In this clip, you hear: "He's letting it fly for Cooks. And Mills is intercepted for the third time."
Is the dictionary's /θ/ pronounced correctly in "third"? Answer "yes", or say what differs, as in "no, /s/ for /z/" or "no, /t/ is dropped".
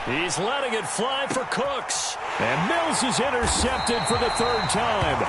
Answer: yes